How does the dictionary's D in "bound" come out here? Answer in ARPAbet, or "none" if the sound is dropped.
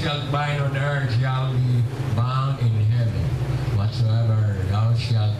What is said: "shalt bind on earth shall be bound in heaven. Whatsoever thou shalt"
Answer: none